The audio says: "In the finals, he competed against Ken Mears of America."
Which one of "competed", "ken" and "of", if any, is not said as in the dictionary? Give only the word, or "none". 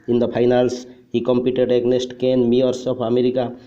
of